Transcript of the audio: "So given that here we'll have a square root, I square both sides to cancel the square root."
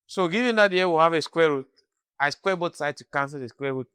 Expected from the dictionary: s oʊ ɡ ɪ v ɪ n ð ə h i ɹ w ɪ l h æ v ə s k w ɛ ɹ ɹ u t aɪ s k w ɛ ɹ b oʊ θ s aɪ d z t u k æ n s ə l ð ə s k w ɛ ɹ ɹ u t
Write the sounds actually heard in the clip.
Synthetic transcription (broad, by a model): s oʊ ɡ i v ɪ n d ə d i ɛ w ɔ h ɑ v ə s k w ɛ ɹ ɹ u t aɪ s k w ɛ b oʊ t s aɪ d t u k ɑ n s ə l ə s k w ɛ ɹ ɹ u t